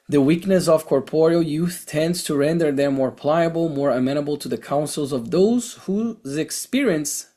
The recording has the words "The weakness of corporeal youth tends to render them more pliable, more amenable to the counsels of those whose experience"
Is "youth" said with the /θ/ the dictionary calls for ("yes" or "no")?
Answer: yes